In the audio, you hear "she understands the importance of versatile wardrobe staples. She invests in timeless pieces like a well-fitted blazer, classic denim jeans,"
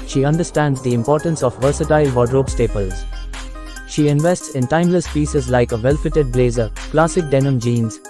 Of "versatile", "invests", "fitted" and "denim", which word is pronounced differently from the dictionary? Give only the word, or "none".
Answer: none